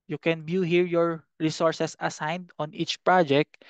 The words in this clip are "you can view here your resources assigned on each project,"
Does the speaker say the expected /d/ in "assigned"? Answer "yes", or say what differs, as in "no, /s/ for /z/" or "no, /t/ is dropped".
yes